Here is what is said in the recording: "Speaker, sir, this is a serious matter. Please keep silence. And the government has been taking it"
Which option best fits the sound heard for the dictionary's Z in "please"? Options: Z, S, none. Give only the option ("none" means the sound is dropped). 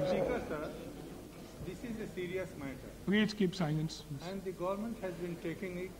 S